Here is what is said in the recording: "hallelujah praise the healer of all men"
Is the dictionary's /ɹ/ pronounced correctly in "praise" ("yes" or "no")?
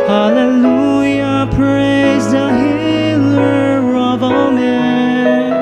yes